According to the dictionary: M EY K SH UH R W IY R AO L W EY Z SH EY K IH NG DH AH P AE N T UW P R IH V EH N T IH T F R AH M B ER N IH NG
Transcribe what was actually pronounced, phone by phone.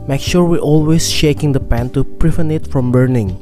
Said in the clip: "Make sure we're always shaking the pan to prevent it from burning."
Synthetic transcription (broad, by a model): M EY K SH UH R W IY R AO L W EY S SH EY K IH NG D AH P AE N T UW P R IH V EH N IH T F R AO M B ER N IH NG